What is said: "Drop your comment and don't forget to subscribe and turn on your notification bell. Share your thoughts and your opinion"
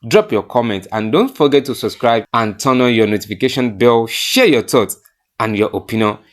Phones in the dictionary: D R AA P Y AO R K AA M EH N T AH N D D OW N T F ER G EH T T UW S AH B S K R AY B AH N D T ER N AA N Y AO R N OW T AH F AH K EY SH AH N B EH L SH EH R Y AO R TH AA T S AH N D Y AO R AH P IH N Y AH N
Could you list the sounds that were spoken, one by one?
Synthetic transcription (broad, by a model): D R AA P Y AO K AA M EH N T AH N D D OW N T F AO G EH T T UW S AH B S K R AY B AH N T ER N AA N Y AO N OW T AH F AH K EY SH AH N B EH L SH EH Y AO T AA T AH N Y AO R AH P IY N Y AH N